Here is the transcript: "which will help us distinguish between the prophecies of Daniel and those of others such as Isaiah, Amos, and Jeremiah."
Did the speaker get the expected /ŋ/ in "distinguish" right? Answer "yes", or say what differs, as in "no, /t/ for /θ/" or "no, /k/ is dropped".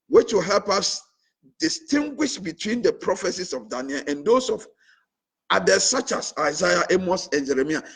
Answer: yes